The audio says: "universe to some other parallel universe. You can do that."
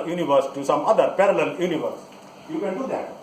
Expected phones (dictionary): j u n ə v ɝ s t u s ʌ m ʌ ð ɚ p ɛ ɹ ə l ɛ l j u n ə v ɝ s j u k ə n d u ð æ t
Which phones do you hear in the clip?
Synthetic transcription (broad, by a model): j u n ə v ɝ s t u s ʌ m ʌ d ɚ p ɛ ɹ ə l ɛ l j u n ə v ɝ s j u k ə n d u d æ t